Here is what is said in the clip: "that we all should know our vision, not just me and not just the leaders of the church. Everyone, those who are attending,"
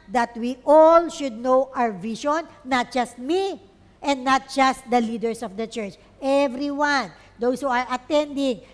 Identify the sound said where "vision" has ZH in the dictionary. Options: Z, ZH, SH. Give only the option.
SH